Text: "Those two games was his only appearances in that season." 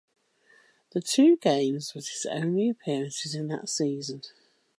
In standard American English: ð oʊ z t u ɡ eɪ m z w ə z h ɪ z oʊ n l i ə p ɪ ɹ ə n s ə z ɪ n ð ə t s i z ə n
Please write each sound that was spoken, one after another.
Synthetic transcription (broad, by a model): ð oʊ t u ɡ eɪ m z w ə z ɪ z oʊ n l i ə p ɪ ɹ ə n s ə z ɪ n ð ə t s i z ə n